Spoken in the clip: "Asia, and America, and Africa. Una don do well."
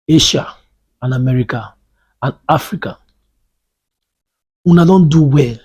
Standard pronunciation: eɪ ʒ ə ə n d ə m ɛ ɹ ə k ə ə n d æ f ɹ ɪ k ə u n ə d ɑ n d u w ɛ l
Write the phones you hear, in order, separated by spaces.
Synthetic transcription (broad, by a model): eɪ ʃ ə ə n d ə m ɛ ɹ ə k ə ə n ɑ f ɹ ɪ k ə u n ə d ɑ n d u w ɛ l